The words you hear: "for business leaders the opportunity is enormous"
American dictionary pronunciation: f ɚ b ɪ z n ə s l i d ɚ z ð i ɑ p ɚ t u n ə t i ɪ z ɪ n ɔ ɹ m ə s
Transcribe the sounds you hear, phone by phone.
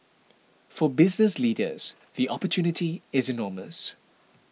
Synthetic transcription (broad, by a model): f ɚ b ɪ z n ə s l i d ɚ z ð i ɑ p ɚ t u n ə t i ɪ z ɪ n ɔ m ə s